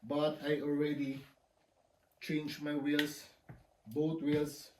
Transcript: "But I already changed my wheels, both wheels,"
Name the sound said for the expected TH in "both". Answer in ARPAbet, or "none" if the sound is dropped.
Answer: T